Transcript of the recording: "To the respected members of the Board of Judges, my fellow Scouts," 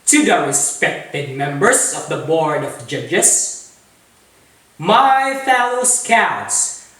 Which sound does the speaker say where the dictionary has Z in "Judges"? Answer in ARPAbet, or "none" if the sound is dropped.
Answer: S